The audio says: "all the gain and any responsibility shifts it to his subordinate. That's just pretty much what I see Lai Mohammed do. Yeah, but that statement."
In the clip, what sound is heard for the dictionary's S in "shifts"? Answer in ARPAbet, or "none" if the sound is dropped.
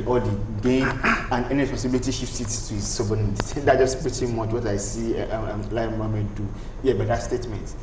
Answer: none